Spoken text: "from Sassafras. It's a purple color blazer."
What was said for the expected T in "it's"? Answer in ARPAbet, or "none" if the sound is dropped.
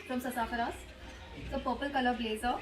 S